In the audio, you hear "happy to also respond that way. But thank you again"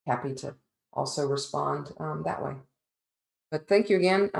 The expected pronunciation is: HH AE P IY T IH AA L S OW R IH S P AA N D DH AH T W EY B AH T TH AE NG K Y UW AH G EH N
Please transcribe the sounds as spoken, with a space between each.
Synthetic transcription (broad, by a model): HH AE P IY T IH AA L S OW R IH S P AA N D DH AH T W EY B AH T TH AE NG K Y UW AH G EH N